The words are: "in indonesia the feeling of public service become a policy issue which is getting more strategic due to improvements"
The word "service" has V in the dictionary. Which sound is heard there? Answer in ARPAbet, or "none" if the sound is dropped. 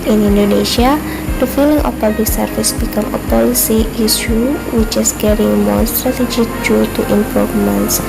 F